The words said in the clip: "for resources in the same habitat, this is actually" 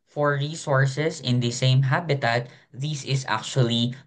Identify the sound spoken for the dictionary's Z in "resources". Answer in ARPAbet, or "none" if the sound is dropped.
S